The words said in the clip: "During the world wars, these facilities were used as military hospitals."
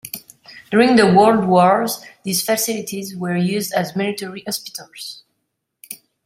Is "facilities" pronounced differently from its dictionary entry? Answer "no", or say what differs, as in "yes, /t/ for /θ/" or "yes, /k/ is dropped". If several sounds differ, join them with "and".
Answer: no